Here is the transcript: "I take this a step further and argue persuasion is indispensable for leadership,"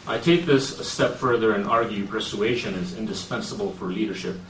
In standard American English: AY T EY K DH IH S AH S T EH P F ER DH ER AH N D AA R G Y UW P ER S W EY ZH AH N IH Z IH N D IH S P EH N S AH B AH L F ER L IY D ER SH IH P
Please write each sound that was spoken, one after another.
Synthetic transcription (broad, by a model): AY T EY K DH IH S AH S T EH P F ER DH ER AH N AA R G Y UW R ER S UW EY SH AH N IH Z IH N D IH S P EH N S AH B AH L F ER L IY D ER SH IH P